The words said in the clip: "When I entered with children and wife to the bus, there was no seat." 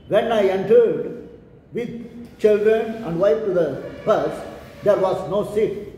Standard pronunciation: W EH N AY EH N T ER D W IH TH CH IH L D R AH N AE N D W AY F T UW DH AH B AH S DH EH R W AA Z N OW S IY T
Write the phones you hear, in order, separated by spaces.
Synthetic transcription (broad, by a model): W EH N AY EH N T ER D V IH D CH IH L D R AH N AE N D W AY P T UW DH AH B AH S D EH R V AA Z N OW S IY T